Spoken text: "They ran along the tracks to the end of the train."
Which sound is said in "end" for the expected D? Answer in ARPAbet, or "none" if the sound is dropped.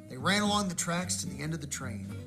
D